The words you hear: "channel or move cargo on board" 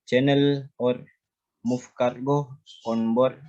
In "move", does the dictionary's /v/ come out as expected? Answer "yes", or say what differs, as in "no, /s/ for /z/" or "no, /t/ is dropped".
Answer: no, /f/ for /v/